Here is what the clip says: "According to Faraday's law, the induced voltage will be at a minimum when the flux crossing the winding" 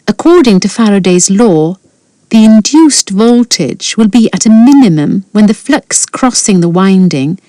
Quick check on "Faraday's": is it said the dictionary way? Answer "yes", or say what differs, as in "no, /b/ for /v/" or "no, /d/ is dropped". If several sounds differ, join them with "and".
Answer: yes